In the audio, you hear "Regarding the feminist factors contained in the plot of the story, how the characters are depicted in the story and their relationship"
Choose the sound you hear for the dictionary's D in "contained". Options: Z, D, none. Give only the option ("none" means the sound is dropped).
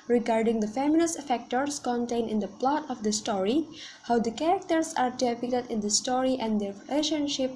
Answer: none